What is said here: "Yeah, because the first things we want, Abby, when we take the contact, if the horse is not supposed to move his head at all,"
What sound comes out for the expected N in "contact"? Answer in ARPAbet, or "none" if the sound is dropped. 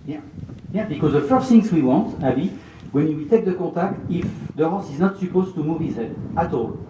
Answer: none